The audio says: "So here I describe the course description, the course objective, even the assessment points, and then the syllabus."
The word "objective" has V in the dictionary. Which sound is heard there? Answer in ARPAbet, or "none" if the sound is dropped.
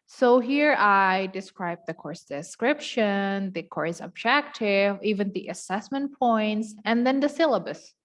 V